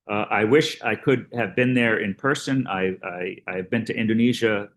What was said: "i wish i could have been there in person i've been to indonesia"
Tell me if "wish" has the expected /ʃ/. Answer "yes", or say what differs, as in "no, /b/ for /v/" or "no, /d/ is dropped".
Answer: yes